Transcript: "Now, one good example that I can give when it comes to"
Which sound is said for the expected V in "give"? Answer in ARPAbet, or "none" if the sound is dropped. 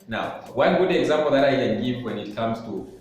F